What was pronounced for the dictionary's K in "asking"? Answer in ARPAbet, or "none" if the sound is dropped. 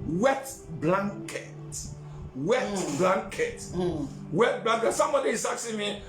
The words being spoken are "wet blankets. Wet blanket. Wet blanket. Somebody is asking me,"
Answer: none